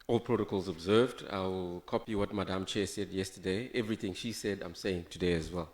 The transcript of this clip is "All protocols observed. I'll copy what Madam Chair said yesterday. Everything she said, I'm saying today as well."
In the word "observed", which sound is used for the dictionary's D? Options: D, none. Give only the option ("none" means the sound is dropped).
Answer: D